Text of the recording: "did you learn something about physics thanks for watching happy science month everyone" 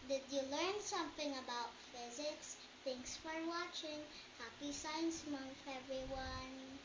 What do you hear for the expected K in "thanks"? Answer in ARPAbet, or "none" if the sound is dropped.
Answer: none